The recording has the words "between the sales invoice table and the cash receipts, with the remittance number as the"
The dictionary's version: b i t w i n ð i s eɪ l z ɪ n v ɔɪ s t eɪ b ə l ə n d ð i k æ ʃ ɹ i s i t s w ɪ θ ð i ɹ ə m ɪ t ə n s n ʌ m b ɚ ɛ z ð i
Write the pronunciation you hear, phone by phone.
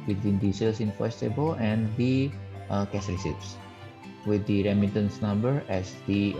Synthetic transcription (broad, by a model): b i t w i n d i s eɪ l s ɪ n f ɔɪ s t eɪ b ə l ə n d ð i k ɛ s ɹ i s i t s w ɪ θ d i ɹ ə m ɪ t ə n s n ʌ m b ɚ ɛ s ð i